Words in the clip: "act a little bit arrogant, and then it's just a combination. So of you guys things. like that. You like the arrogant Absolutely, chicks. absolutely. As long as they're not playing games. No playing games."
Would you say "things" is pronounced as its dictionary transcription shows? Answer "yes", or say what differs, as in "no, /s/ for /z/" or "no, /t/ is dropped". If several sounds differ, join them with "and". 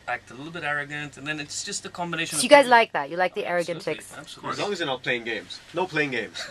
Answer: no, /ŋ/ is dropped